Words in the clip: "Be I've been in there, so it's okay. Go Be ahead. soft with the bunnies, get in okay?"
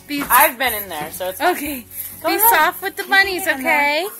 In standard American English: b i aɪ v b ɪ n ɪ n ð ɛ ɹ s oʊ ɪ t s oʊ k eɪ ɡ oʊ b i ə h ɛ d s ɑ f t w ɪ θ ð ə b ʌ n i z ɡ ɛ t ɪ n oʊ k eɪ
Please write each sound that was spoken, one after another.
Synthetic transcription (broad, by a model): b i aɪ v b ɪ n ɪ n ð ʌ ɹ s oʊ ɪ t s oʊ k eɪ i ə s ɑ f t w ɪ ð ə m ʌ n i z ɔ ɪ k eɪ